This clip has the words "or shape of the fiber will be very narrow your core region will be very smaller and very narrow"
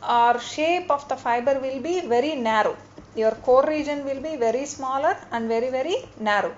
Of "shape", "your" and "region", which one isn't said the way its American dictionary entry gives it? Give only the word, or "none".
none